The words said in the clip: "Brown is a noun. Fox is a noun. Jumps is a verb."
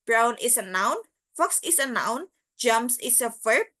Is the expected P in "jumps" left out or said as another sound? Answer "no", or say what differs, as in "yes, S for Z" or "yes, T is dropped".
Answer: yes, P is dropped